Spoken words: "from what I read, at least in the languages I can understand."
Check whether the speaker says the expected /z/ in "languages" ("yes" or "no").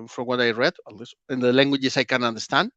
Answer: no